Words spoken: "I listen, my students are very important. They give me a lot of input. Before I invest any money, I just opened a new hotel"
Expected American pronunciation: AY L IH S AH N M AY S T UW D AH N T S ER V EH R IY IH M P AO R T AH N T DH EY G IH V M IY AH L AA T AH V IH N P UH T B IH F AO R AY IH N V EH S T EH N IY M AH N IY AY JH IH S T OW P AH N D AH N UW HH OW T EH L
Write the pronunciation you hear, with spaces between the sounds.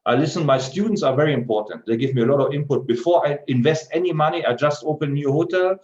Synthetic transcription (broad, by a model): AY L IH S AH N M AY S T UW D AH N T S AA V EH R IY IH M P AO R T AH N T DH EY G IH V M IY AH L AA T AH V IH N P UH T B IH F AO R AY IH N V EH S T EH N IY M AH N IY AY JH IH S T OW P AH N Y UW HH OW T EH L